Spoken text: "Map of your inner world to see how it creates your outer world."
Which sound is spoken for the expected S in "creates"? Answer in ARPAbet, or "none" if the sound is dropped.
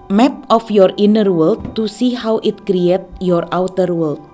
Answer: none